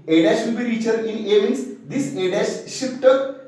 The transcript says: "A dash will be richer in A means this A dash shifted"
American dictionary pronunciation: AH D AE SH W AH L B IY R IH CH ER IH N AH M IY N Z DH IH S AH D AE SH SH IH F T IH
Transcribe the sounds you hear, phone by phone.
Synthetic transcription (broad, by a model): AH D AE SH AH N B IY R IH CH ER IH N AH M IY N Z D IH S AH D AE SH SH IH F T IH